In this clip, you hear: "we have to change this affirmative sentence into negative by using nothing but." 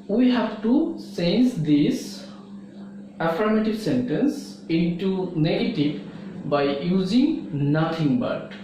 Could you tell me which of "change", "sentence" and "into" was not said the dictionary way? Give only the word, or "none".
change